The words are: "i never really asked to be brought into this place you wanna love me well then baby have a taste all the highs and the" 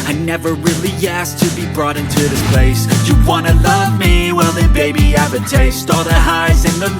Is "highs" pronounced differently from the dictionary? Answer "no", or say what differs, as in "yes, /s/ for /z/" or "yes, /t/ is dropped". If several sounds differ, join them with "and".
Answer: no